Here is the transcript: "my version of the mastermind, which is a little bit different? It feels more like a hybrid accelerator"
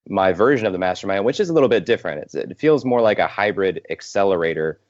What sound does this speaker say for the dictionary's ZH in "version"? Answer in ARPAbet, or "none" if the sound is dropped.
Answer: ZH